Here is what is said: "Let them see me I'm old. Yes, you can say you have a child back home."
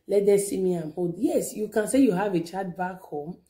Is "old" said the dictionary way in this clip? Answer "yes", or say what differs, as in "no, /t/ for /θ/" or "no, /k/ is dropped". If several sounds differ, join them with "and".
no, /l/ is dropped